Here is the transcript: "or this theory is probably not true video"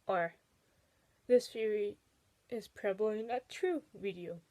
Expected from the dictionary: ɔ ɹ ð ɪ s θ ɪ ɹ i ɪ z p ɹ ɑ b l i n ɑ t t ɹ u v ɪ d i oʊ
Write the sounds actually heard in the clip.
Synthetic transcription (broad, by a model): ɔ ɹ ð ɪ s f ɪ ɹ i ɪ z p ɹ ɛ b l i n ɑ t t ɹ u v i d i oʊ